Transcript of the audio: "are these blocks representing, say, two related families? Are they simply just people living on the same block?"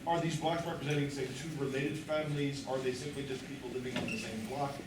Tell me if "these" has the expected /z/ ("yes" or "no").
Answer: yes